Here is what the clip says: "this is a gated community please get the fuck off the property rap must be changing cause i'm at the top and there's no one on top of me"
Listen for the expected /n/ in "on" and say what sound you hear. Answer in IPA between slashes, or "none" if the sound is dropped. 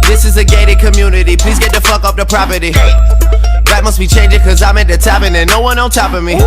/l/